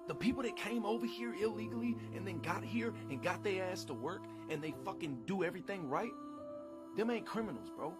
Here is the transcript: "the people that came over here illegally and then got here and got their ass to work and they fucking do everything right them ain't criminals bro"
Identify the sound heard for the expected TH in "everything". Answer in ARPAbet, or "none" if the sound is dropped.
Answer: TH